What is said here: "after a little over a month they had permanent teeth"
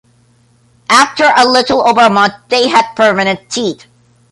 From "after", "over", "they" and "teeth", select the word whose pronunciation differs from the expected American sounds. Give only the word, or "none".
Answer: teeth